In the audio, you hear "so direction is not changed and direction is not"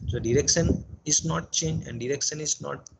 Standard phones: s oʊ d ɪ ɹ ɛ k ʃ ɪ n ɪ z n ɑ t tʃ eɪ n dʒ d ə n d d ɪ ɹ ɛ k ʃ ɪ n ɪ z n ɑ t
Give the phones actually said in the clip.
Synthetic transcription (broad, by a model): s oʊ d ɪ ɹ ɛ k ʃ ɪ n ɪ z n ɑ t tʃ eɪ n dʒ ə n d d ɪ ɹ ɛ k ʃ ɪ n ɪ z n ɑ t